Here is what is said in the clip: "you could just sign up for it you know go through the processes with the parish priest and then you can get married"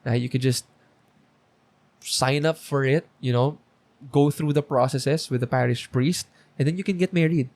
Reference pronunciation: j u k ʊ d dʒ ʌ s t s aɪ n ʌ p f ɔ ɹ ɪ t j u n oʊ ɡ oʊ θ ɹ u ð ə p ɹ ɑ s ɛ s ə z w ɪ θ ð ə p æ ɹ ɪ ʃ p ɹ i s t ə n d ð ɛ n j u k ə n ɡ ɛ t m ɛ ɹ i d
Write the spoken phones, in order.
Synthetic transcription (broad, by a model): j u k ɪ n dʒ ʌ s t s aɪ n ʌ p f ɔ ɹ ɪ t j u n oʊ ɡ oʊ θ ɹ u ð ə p ɹ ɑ s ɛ s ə s w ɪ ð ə p æ ɹ ɪ ʃ p ɹ i s t ə n d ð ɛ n j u k ə n ɡ ɛ t m ɛ ɹ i d